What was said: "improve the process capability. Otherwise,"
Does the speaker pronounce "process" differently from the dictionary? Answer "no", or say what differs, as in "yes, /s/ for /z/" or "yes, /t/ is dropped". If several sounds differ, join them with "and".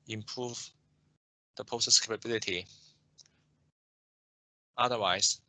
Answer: yes, /ɹ/ is dropped